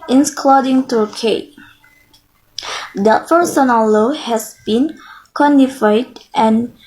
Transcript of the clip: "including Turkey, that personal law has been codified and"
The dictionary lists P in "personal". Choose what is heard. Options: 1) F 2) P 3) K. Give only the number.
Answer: 1